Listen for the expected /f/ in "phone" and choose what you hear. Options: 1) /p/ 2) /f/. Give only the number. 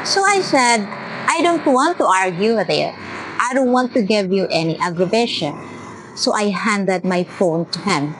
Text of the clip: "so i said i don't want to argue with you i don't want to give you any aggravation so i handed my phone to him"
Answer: 2